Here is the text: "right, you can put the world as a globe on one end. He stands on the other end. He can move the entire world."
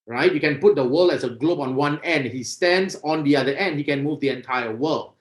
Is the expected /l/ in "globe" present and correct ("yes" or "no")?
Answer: yes